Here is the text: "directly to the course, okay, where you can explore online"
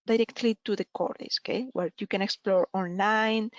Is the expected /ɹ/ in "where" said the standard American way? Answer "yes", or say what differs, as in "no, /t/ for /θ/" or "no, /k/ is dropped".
yes